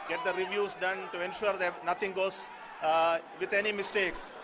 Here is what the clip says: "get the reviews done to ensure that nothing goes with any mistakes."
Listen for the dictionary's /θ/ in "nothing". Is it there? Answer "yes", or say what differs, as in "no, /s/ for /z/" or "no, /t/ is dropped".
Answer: no, /t/ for /θ/